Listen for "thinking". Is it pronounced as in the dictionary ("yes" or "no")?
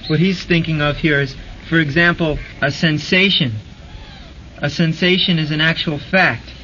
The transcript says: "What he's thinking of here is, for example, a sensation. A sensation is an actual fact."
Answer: yes